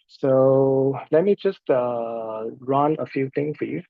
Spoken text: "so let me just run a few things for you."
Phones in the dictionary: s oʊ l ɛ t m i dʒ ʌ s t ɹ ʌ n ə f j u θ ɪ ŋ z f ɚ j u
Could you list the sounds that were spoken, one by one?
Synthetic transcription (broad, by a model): s oʊ l ɛ t m i dʒ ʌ s t ɹ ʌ n ə f j u t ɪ ŋ s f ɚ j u